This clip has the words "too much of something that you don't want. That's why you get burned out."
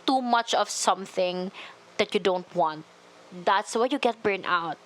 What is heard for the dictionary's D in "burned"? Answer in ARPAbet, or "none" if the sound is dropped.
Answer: none